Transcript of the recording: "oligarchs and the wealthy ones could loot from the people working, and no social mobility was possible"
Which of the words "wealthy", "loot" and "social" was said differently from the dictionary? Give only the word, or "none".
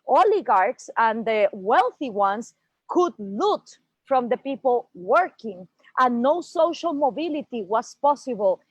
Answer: none